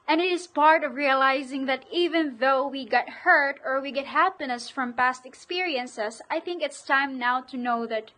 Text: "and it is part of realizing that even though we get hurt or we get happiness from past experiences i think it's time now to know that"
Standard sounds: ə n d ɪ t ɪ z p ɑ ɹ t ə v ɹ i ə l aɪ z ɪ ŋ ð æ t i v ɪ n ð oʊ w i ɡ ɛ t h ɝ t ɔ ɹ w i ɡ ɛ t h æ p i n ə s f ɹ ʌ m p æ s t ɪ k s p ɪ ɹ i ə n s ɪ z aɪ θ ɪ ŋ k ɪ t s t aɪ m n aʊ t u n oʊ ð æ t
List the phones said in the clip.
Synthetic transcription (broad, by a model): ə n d ɪ t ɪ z p ɑ ɹ t ə v ɹ i ə l aɪ z ɪ ŋ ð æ t i v ɪ n ð oʊ w i ɡ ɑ t h ɝ t ɔ ɹ w i ɡ ɛ t h æ p i n ə s f ɹ ʌ m p æ s t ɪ k s p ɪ ɹ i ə n s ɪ s aɪ θ ɪ ŋ k ɪ t s t aɪ m n aʊ t u n oʊ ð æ t